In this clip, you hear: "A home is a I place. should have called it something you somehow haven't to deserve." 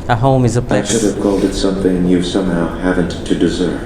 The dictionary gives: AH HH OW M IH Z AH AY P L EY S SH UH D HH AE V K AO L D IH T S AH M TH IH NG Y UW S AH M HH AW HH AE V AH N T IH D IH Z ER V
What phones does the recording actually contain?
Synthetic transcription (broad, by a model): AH HH OW M IH Z AH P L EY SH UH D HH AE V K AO L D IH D S AH M TH IH NG Y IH S AH M HH AW HH AE V AH N T IH D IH Z ER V